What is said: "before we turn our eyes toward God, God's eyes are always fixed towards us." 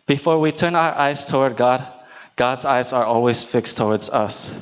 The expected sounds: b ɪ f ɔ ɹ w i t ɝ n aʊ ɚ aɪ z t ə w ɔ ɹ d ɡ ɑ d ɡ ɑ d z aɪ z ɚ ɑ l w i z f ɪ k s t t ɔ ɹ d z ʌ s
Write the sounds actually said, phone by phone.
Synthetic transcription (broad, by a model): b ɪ f ɔ ɹ w i t ɝ n aʊ ɚ aɪ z t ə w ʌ ɹ d ɡ ɑ d ɡ ɑ d z aɪ z ɚ ɑ l w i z f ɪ k s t t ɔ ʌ d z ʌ s